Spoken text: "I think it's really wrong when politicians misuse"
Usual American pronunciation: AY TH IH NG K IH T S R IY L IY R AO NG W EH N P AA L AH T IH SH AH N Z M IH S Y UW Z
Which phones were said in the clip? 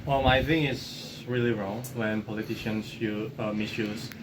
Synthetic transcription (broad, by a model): AY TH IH NG IH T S R IY L IY R AO NG W EH N P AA L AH T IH SH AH N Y M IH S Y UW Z